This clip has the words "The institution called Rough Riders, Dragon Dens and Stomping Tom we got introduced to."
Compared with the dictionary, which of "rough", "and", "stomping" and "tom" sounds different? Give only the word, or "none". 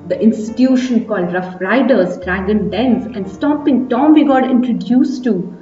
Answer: stomping